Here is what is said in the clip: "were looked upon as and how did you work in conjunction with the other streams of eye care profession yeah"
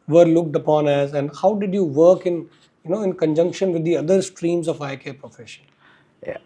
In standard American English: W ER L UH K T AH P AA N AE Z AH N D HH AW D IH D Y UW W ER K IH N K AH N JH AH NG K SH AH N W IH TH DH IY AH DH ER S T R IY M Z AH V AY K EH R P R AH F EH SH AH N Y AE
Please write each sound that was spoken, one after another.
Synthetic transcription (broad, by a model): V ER L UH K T AH P AA N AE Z AH N D HH AW D IH D Y UW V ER K IH N K AH N JH AH NG K SH AH N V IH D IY AH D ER S T R IY M Z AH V AY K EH P R AH F EH SH AH N